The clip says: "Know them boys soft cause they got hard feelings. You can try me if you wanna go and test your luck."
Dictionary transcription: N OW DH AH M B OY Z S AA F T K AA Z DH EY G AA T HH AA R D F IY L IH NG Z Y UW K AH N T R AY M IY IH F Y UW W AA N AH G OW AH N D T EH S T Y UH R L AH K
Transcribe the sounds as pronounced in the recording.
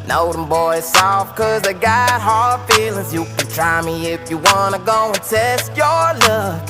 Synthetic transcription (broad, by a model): N OW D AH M B OY Z S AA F K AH Z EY G AA T HH AA R D F IY L IH NG Z Y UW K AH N T R AY M IY IH F Y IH W AA N AH G OW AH N T EH S T Y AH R L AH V